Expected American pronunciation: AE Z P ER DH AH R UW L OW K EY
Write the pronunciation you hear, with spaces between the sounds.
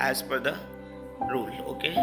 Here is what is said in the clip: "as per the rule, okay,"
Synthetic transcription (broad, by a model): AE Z F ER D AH R UW L OW K EY